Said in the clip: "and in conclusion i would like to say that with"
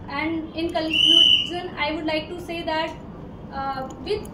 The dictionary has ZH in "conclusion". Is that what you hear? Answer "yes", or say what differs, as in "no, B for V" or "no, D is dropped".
no, Z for ZH